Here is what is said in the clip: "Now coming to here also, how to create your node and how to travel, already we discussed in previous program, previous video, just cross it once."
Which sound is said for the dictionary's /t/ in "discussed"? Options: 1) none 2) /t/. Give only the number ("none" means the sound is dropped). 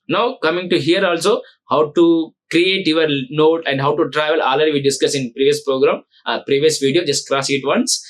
1